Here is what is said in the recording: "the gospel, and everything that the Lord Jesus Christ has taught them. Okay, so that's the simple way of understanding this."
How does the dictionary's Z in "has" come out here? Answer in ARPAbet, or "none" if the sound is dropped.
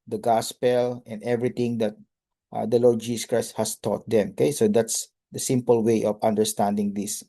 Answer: S